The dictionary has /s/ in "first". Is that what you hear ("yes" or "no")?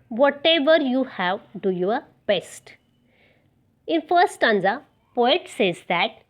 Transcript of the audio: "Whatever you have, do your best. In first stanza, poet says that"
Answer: no